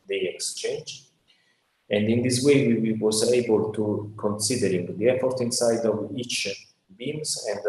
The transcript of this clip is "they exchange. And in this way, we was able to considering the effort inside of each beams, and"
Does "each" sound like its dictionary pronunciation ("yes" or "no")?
yes